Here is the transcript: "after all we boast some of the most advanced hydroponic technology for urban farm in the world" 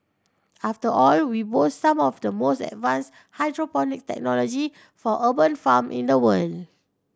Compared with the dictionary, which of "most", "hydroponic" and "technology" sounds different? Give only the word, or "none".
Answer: none